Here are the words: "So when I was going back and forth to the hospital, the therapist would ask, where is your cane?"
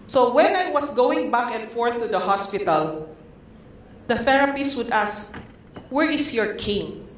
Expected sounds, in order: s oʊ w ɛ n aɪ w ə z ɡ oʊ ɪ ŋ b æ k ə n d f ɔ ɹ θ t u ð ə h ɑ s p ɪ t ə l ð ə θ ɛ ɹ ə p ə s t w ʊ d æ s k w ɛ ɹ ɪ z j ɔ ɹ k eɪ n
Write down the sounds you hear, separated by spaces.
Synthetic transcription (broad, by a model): s oʊ w ɛ n aɪ w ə s ɡ oʊ ɪ ŋ b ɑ k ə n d f ɔ ɹ θ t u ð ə h ɑ s p ɪ t ə l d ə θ ɛ ɹ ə p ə s w ʊ d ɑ s k w ɛ ɹ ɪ s j ɔ ɹ k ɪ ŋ